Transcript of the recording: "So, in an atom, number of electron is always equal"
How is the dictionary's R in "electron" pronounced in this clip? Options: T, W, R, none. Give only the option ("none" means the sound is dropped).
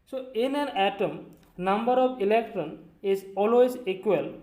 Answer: R